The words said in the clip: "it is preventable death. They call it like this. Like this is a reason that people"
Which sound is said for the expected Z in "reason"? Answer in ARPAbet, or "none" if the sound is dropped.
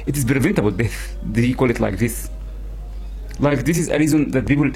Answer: Z